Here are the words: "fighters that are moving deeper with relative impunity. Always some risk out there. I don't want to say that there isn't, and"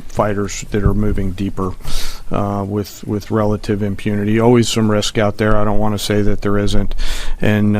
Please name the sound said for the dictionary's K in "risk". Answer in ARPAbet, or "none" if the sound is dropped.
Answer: K